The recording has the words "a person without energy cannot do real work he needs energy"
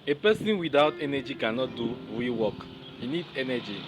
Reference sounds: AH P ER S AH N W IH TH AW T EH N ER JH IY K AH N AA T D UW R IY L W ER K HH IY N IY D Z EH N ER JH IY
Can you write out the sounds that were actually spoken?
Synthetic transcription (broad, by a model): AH P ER S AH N W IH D AW T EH N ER JH IY K AH N AA T D UW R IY W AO K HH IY N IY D EH N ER JH IY